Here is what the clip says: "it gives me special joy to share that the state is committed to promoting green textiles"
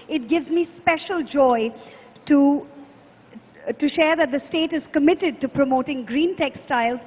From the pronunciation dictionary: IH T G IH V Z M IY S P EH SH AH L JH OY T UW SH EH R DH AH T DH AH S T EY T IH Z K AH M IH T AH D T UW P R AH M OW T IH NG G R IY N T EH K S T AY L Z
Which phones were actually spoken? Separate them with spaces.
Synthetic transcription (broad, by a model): IH T G IH V Z M IY S P EH SH AH L JH OY T UW SH EH R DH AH T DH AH S T EY T IH Z K AH M IH T AH D T UW P R AH M OW T IH NG G R IY N T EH K S T AY L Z